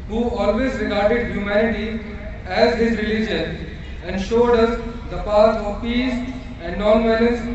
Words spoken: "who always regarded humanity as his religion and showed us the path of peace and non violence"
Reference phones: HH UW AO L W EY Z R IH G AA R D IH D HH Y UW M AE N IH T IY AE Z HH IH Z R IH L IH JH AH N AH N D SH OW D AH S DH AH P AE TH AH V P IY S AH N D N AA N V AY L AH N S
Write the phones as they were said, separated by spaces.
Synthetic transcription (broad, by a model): HH UW AO L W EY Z R IH G AA R D IH D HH Y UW M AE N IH T IY AE Z HH IH Z R IH L IH JH AH N AH N D SH OW D AH S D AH P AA T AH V P IY S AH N D N AA N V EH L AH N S